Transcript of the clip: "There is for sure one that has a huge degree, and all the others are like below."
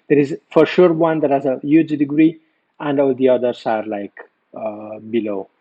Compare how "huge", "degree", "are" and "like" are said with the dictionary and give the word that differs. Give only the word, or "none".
none